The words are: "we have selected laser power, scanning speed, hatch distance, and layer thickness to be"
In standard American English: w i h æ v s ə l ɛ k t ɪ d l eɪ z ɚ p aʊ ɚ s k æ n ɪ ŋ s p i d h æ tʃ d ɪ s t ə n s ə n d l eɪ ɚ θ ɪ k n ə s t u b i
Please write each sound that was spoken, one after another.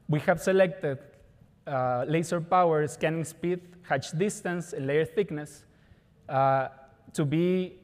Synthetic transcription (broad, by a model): w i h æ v s ə l ɛ k t ɪ d l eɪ s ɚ p aʊ ɚ s k æ n ɪ ŋ s p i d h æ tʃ d ɪ s t ə n s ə n l eɪ ɚ θ ɪ k n ə s t u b i